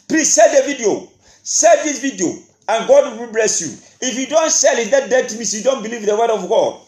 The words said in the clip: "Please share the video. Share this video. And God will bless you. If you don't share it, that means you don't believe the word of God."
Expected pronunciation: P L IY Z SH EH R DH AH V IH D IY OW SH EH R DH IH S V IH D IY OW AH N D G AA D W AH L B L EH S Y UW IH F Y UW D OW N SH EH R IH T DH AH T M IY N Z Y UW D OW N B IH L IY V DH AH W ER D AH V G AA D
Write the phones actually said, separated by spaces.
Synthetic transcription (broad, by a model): P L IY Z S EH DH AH V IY D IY OW S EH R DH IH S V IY D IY OW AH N G AA D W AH W B L EH S Y UW IH F Y UW D OW N S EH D IH T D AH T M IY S Y UW D OW N B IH L IY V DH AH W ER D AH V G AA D